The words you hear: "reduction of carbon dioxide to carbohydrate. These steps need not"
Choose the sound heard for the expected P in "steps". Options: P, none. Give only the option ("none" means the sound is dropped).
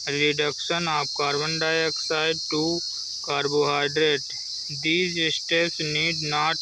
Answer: none